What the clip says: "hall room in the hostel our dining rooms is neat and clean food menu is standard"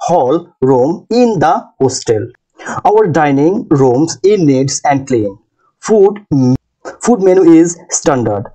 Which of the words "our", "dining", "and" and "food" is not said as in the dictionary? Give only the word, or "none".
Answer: none